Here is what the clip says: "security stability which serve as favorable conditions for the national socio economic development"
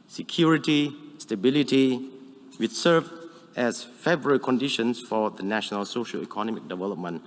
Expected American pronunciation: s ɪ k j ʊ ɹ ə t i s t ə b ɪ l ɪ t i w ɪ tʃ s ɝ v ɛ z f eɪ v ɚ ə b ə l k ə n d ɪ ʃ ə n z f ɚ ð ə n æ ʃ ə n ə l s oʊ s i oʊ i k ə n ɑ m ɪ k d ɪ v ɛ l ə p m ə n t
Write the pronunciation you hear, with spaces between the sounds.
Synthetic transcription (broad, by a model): s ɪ k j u ɹ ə t i s t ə b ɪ l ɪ t i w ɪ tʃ s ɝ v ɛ s f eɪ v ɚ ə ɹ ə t k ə n d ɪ ʃ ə n s f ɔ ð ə n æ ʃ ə n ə l s oʊ ʃ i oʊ i k ə n ɑ m ɪ k d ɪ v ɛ l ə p m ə n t